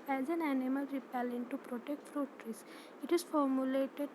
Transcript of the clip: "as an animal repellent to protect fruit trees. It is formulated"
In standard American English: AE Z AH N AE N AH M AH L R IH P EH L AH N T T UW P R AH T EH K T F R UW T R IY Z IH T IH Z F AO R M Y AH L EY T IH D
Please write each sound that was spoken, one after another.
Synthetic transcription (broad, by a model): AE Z AH N AE N AH M AH L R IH P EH L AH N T T UW P R AH T EH K T F R UW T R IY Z IH T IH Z F AO R M Y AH L EY T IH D